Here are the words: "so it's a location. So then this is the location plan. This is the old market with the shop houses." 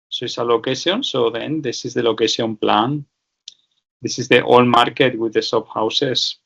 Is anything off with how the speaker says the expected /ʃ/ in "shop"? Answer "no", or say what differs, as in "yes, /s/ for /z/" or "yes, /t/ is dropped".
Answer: yes, /s/ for /ʃ/